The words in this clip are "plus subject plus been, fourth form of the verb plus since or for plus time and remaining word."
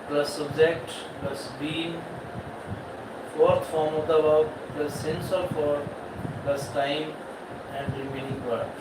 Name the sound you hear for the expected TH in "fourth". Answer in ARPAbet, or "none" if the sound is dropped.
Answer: T